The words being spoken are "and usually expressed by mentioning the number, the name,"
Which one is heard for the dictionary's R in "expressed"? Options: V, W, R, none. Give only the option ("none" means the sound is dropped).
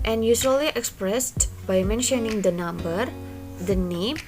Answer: R